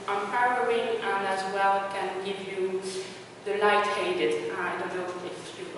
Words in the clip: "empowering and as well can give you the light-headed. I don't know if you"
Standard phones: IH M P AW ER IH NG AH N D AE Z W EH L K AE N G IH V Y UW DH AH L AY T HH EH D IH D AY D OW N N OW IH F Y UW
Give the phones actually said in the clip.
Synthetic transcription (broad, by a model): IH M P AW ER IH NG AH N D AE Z W EH L K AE N G IH V Y UW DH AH L AY T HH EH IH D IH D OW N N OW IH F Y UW